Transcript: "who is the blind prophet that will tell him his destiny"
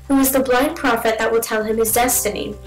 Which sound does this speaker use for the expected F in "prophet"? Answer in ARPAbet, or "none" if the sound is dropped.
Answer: F